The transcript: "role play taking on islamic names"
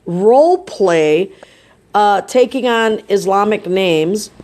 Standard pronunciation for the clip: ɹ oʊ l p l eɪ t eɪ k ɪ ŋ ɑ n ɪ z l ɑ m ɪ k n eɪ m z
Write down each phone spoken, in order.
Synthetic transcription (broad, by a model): ɹ oʊ l p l eɪ t eɪ k ɪ ŋ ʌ n ɪ z l ɑ m ɪ k n eɪ m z